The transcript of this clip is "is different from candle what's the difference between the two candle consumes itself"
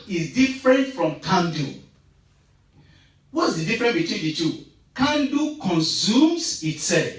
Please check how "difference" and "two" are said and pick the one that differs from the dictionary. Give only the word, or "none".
difference